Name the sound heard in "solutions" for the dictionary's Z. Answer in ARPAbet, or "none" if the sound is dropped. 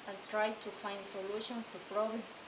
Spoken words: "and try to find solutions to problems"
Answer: S